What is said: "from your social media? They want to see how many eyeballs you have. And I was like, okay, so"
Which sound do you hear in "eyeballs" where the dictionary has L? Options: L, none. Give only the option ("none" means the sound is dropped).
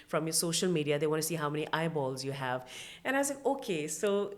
L